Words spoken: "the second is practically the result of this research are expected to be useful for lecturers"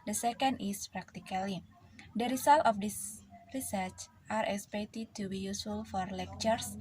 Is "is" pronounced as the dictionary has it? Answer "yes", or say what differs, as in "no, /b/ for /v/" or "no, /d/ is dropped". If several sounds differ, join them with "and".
no, /s/ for /z/